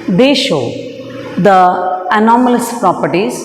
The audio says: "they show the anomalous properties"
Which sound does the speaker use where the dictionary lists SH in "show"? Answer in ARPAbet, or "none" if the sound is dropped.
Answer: SH